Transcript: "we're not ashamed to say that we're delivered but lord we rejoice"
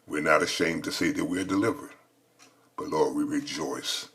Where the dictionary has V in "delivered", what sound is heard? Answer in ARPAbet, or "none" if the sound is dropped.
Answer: V